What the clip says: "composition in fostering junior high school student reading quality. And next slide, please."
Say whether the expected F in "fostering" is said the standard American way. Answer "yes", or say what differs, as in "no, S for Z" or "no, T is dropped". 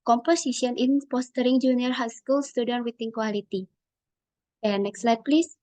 no, P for F